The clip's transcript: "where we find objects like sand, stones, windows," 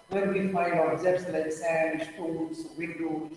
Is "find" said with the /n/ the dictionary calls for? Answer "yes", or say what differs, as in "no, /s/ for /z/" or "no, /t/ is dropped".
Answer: no, /n/ is dropped